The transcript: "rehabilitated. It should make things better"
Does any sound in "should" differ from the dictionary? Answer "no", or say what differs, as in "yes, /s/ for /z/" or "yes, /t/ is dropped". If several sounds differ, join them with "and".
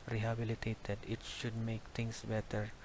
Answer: no